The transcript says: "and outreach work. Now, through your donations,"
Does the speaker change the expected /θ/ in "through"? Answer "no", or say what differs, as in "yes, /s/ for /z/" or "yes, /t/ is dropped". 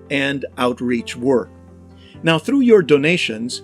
no